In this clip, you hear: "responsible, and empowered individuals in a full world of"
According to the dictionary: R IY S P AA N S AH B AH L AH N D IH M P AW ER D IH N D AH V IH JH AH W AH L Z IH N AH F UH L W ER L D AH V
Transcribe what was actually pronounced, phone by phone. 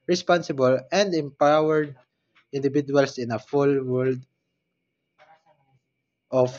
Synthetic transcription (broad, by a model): R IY S P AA N S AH B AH L AH N D IH M P AW ER D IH N D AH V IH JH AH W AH L S IH N AH F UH L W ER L D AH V